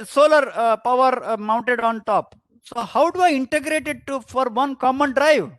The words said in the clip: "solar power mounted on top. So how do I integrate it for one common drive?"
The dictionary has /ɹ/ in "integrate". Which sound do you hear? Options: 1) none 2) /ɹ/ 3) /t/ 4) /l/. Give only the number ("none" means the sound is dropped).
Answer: 2